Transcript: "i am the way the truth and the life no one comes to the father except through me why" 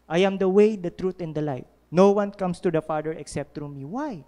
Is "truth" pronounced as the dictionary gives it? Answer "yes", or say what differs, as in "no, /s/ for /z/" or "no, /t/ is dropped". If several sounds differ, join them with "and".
no, /t/ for /θ/